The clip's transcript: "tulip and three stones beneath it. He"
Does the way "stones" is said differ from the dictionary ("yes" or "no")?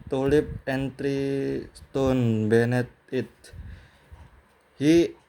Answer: yes